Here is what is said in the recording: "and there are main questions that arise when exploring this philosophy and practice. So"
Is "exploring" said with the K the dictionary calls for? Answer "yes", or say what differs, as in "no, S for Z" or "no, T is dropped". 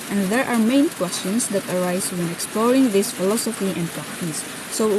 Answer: yes